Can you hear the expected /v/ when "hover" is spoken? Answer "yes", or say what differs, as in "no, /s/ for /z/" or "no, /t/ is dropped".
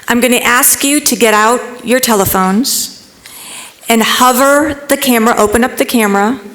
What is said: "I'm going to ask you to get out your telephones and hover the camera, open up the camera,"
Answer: yes